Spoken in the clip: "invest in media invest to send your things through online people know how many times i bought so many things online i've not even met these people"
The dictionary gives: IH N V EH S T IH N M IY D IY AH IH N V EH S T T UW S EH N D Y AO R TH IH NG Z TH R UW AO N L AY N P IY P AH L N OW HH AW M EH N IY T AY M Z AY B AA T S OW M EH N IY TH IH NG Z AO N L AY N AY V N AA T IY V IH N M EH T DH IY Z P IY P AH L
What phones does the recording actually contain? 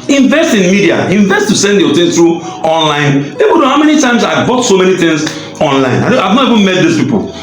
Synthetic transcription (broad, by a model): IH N V EH S T IH N M IY D IY AH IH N V EH S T T UW S EH N D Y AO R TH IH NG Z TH R UW AO N L AY N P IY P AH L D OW HH AW M EH N IY T AY M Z AY B AA T S OW M EH N IY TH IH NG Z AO N L AY N AY V N AA T IY V IH N M EH T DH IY S P IY P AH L